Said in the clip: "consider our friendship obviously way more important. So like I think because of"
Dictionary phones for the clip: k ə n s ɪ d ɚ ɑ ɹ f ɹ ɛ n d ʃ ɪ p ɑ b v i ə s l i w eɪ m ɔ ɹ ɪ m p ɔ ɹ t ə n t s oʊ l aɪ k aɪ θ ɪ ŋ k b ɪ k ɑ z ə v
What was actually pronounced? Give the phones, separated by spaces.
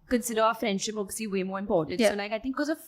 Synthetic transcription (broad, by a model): k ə n s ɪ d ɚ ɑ f ɹ ɛ n d ʃ ɪ p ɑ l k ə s i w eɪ m ɔ ɹ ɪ m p ɔ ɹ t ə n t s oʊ l aɪ k aɪ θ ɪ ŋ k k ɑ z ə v